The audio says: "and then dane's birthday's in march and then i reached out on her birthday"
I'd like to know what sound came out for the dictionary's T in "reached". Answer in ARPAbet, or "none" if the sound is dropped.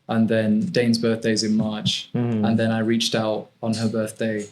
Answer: T